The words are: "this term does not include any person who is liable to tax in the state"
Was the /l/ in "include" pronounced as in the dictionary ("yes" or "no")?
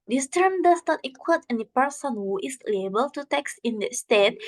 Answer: no